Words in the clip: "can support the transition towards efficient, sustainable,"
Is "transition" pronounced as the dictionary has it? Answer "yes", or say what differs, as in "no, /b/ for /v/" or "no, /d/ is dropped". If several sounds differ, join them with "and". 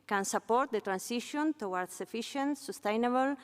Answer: no, /s/ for /z/